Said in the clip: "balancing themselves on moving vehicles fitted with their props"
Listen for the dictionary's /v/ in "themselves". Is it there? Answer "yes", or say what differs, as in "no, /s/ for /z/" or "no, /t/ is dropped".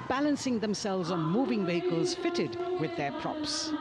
yes